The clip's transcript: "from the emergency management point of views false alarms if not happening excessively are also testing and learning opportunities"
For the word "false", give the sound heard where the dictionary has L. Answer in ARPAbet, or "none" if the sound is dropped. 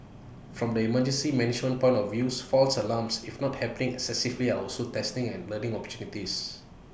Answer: L